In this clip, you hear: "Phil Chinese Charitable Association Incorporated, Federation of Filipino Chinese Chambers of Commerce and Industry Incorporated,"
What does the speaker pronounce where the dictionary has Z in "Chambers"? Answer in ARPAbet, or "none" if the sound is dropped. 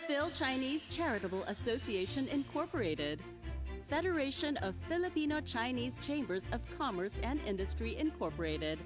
Z